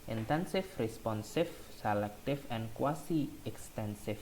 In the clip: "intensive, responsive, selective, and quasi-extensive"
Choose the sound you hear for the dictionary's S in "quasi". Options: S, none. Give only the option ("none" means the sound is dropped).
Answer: S